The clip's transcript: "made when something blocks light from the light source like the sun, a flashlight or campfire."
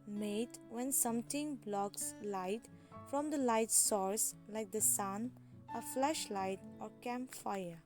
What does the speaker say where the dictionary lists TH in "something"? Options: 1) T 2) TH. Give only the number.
1